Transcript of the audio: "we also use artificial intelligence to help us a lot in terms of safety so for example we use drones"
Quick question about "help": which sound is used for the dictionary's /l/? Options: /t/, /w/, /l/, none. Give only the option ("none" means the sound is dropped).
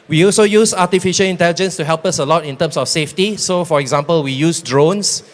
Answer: /l/